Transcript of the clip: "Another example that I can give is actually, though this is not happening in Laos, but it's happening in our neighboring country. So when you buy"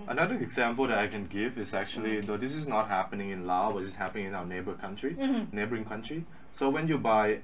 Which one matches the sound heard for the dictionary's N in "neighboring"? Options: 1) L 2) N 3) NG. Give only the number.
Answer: 2